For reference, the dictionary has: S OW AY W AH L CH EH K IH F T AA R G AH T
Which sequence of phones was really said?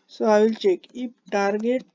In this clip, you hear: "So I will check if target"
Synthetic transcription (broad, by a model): S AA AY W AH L CH EH K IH P T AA R G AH T